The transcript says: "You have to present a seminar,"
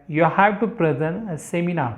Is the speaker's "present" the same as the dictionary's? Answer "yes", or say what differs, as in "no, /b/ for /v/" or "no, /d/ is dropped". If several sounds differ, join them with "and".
no, /t/ is dropped